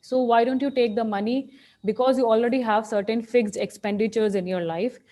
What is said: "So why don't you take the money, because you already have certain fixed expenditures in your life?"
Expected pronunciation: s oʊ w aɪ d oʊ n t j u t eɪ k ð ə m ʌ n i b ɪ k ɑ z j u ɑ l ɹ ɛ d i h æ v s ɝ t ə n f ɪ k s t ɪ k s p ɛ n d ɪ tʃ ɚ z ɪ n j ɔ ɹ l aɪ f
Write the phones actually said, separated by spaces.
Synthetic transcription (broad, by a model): s oʊ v aɪ d oʊ n t j u t eɪ k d ə m ʌ n i b ɪ k ɑ z j u ɑ l ɹ ɛ d i h æ v s ɝ t ə n f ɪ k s ɪ k s p ɛ n d ɪ tʃ ɚ z ɪ n j ɔ ɹ l aɪ f